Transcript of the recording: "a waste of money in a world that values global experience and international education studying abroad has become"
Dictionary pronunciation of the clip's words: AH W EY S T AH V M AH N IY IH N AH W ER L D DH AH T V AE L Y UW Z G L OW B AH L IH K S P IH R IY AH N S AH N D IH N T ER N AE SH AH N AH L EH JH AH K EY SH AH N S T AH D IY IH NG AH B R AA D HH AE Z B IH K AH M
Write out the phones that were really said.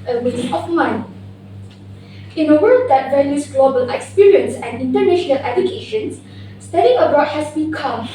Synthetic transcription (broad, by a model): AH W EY T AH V M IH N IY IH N AH W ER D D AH T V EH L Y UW S G L OW B AH L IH K S P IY R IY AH N S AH N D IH N T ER N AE SH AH N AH L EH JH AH K EY SH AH N S T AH D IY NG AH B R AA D HH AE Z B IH K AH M